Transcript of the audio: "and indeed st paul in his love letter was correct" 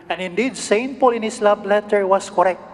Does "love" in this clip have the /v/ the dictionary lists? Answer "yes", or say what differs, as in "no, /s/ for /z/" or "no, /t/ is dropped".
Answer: no, /b/ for /v/